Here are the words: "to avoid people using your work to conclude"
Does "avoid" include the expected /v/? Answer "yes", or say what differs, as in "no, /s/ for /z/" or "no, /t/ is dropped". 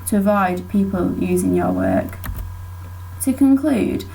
yes